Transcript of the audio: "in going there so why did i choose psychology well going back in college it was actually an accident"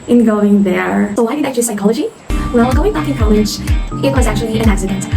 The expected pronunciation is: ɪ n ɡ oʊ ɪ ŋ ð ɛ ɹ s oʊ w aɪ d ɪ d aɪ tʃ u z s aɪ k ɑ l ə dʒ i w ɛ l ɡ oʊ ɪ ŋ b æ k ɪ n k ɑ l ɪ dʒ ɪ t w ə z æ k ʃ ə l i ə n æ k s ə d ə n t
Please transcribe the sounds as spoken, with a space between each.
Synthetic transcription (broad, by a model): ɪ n ɡ oʊ ɪ ŋ ð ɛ ɹ s oʊ w aɪ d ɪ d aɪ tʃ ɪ s aɪ k ɑ l ə dʒ i w ɛ l ɡ oʊ ɪ ŋ b æ k ɪ n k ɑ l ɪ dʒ ɪ t w ə z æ k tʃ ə l i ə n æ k s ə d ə n t